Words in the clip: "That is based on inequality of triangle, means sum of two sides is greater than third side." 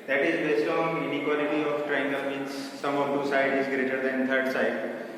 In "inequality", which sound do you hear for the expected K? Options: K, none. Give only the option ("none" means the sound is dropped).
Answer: K